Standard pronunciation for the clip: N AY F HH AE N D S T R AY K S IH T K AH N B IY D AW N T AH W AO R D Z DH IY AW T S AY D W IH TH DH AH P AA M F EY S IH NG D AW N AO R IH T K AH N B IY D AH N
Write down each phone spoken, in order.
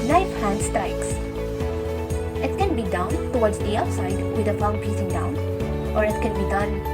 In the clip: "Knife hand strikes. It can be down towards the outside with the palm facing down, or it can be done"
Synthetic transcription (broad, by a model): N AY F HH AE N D S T AY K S IH T K AH N B IY D AW N T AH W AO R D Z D IY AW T S AY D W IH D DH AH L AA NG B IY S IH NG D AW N AO R IH T K AH N B IY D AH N